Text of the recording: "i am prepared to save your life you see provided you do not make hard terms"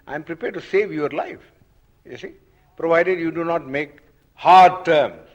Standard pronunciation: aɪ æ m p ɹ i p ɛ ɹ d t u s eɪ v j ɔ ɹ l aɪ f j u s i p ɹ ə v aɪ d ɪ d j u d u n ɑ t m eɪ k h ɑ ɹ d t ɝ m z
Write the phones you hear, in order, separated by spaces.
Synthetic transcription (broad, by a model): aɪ m p ɹ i p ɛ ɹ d t u s eɪ v j ɔ ɹ l aɪ f j u s i p ɹ ə v aɪ d ɪ d j u d u n ɑ t m eɪ k h ɑ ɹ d t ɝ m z